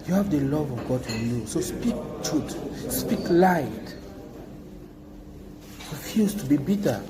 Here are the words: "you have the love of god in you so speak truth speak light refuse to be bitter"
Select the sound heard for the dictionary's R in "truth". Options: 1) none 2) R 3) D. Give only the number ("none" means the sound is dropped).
1